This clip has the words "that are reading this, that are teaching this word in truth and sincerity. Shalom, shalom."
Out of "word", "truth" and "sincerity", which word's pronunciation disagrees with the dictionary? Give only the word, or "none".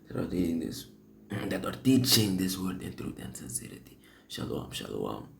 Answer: truth